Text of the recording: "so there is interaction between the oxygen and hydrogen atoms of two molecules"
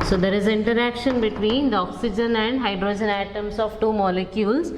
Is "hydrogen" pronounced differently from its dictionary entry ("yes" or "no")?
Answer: no